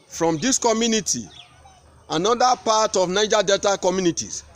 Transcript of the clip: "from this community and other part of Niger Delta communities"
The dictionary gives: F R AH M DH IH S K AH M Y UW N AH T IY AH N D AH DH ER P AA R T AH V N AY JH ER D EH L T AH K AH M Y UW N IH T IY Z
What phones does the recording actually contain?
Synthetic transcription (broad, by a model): F R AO M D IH S K AH M Y UW N AH T IY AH N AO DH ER P AA T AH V N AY JH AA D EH T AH K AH M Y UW N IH T IY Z